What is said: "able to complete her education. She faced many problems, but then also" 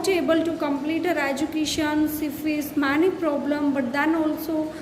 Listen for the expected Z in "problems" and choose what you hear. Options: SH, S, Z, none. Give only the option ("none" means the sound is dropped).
none